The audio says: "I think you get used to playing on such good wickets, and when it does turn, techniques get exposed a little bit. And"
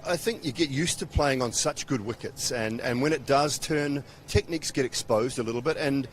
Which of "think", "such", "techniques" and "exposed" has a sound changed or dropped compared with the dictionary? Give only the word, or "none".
none